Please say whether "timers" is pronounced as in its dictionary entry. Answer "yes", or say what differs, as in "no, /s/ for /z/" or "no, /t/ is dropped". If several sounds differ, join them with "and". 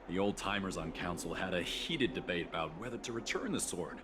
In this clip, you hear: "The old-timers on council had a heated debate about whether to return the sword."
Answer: yes